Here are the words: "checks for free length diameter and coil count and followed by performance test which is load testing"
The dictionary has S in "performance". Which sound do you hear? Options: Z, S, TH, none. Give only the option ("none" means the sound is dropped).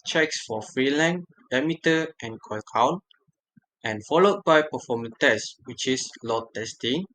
none